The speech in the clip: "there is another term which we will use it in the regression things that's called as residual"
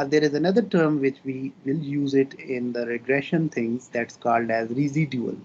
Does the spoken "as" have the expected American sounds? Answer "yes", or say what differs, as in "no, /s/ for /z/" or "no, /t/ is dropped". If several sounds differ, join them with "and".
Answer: yes